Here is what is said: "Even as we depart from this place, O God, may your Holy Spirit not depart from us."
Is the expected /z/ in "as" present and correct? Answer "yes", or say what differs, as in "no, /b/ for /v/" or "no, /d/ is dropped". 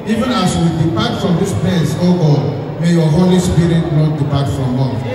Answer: no, /s/ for /z/